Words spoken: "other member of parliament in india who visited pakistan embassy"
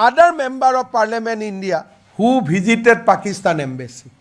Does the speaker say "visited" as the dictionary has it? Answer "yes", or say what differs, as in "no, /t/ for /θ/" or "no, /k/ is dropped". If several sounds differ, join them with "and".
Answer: no, /b/ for /v/